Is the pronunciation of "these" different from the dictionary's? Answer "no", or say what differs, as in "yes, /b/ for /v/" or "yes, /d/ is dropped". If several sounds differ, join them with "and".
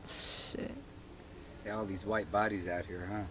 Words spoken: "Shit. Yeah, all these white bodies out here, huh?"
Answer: no